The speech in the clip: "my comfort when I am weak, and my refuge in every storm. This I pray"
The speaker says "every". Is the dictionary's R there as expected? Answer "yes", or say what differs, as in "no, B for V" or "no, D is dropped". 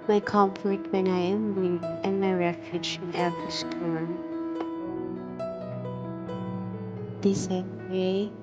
no, R is dropped